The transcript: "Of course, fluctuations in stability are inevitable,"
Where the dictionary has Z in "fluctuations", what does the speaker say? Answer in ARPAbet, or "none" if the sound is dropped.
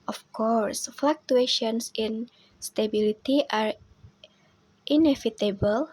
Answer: S